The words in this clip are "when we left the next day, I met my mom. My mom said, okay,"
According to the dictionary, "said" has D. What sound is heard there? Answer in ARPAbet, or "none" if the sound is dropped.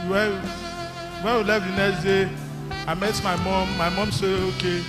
none